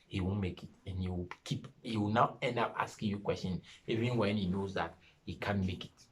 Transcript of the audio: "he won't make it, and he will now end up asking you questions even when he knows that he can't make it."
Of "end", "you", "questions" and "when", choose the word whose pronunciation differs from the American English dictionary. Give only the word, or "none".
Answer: questions